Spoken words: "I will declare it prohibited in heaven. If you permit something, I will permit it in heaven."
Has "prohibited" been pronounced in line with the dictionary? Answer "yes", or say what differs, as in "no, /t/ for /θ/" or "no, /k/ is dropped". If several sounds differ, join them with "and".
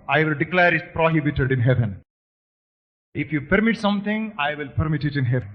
yes